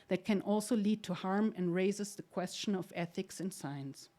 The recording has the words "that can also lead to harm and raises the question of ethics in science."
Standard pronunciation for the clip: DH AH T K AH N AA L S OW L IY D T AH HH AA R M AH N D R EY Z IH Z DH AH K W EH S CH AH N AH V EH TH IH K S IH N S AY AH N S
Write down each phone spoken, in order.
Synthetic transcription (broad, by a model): DH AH T K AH N AA L S OW L IY D T AH HH AA R M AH N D R EY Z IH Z DH AH K W EH S CH AH N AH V EH TH IH K S IH N S AY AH N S